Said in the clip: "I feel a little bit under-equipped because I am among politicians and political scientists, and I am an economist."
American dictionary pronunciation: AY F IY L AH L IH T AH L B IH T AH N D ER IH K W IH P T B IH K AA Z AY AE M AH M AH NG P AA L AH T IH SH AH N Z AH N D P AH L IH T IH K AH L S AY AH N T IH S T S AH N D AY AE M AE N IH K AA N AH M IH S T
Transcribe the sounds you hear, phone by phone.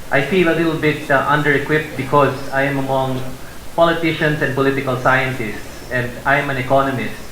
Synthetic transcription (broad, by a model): AY F IY L AH L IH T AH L B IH T AH N D ER IH K W IH P T B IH K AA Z AY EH M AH M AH NG P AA L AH T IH SH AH N S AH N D P AH L IH T IH K AH L S AY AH N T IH S T S AH N D AY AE M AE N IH K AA N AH M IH S T